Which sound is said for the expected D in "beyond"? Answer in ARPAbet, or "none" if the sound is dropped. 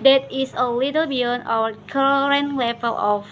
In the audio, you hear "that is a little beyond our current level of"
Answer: none